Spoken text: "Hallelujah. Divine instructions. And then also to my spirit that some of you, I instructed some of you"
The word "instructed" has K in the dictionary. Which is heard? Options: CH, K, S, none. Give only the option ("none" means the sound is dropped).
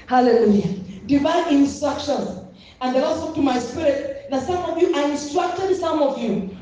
K